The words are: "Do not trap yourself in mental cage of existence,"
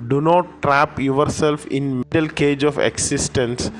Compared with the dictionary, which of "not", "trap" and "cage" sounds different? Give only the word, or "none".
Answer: none